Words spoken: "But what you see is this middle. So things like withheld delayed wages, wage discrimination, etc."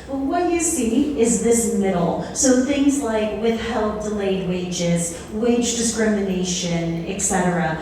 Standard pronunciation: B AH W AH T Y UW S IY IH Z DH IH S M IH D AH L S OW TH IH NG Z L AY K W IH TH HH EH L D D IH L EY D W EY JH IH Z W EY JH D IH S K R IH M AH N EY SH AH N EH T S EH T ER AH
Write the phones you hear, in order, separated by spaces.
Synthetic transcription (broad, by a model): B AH W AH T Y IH S IY IH Z DH IH S M IH D L S OW TH IH NG Z L AY K W IH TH HH EH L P D IH L EY D W EY JH IH Z W EY JH D IH S K R IH M AH N EY SH AH N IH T S EH T ER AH